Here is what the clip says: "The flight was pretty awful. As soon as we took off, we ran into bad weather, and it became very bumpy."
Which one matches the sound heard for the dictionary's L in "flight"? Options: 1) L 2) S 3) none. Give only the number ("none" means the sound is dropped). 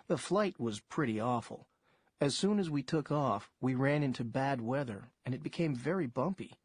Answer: 1